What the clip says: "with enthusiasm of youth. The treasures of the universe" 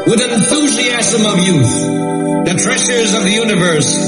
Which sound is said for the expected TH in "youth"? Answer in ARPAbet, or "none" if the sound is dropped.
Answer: TH